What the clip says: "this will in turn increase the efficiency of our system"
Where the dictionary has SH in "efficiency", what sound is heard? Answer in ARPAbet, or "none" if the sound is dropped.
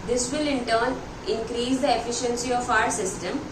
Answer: SH